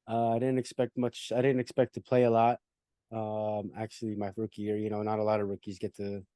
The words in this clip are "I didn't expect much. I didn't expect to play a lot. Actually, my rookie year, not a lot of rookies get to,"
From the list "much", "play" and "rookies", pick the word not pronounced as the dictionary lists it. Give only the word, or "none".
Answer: none